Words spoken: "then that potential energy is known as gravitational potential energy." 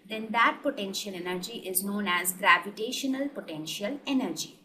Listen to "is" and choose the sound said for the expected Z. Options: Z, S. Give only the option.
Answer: Z